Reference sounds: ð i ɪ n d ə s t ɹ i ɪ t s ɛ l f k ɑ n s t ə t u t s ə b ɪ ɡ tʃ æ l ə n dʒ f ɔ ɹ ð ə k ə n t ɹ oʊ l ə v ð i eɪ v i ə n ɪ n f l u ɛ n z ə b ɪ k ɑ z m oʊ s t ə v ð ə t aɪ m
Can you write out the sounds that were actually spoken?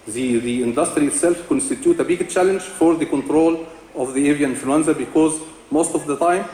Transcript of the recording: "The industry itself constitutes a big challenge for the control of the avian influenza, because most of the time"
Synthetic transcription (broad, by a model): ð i ɪ n d ə s t ɹ i ɪ t s ɛ l f k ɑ n s t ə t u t ə b ɪ ɡ tʃ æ l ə n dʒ f ɔ ɹ ð ə k ə n t ɹ oʊ l ə v ð i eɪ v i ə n n f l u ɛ n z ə b ɪ k ɑ z m oʊ s t ə v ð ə t aɪ m